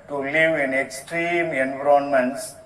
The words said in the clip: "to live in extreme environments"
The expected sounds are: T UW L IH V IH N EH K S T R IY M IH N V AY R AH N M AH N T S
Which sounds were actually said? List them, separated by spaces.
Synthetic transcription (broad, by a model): T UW L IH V IH N EH K S T R IY M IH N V R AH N M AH N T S